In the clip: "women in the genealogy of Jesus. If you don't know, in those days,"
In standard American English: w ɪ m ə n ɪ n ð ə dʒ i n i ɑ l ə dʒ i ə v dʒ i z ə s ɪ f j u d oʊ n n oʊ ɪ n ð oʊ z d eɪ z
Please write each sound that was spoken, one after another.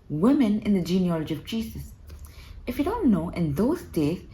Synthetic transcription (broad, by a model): w ɪ m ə n ɪ n ð ə dʒ i n i ɑ l ə dʒ i ə v dʒ i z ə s ɪ f j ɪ d oʊ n n oʊ ɪ n ð oʊ z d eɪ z